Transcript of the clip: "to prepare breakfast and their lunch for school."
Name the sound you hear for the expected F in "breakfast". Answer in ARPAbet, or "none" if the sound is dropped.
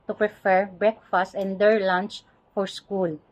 F